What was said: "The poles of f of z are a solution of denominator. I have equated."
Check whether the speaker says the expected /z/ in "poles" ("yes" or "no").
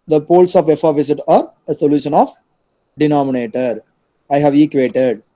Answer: no